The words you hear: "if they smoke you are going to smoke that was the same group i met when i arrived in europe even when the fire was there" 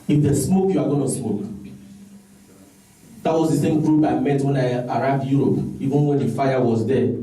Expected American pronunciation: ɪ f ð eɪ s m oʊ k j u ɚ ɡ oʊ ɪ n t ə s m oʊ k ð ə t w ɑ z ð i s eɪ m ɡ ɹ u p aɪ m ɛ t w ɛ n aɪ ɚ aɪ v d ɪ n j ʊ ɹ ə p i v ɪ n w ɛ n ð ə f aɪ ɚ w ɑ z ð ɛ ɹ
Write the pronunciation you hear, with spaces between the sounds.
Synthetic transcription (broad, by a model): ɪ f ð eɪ s m oʊ k j u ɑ ɡ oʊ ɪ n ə s m oʊ k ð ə t w ɑ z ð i s eɪ m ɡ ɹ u b aɪ m ɛ t w ɛ n aɪ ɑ aɪ v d j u ɹ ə p i v ɪ n w ɛ n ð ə f aɪ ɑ w ɑ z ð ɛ